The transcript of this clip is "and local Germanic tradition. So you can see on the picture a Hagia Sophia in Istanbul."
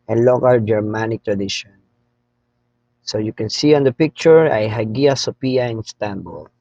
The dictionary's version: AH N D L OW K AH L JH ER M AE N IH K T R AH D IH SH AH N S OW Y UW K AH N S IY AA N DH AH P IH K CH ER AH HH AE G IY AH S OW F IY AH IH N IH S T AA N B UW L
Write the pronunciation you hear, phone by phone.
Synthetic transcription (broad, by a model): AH N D L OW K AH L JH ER M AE N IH K T R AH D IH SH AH N S OW Y UW K AH N S IY AA N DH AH P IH K CH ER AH HH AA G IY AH S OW P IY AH IH N S T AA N B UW L